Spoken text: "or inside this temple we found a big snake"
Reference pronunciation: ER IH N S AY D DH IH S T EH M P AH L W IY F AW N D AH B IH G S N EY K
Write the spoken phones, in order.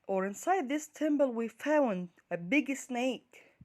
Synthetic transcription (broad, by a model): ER IH N S AY D DH IH S T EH M B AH L W IY F AW N D AH B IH G S N EY K